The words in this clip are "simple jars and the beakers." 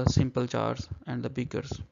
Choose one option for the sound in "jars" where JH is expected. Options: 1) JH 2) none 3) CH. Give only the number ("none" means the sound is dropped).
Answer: 3